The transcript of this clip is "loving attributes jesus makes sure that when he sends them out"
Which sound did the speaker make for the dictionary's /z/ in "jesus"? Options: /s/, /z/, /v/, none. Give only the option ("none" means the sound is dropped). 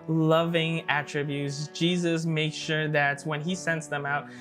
/z/